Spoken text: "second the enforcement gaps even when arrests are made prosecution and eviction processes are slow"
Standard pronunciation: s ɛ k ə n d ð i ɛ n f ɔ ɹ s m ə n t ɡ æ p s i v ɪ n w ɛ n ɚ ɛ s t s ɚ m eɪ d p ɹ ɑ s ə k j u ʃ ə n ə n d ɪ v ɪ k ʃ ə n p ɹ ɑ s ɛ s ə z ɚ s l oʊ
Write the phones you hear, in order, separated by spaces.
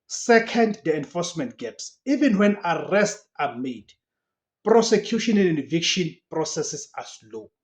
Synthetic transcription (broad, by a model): s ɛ k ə n d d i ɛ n f ɔ s m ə n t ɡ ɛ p s i v ɪ n w ɛ n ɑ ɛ s t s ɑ m eɪ d p ɹ ɑ s ə k j u ʃ ə n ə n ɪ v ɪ k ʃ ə n p ɹ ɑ s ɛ s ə s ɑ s l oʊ